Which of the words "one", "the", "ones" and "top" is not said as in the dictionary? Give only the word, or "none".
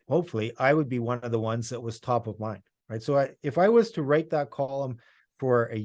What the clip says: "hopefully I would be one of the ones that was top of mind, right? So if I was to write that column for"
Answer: none